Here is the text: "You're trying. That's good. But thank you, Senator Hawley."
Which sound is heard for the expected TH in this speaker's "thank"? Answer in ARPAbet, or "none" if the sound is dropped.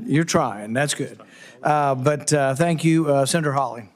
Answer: TH